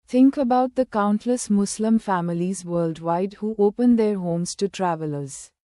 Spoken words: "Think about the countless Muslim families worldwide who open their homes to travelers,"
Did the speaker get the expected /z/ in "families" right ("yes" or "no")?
yes